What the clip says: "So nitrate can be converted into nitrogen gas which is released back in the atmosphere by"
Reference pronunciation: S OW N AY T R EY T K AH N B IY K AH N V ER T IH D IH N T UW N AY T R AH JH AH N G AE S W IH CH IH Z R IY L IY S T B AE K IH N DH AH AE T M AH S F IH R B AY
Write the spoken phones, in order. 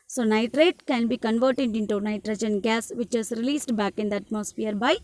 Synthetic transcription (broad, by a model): S OW N AY T R EY T K AH N B IY K AH N V ER T IH D IH N T UW N AY T R AH JH AH N G AE S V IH CH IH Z R IY L IY S T B AE K IH N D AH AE T M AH S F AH R B AY